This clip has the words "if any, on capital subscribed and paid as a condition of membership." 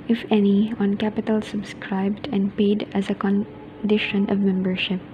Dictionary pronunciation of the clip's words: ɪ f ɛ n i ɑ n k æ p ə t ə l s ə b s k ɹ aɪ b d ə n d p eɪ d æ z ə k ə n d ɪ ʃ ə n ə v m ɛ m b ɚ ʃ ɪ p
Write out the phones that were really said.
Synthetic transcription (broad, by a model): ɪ f ɛ n i ɑ n k æ p ə t ə l s ə b s k ɹ aɪ b d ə n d p eɪ d æ z ə k ə n d ɪ ʃ ə n ə v m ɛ m b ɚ ʃ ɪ p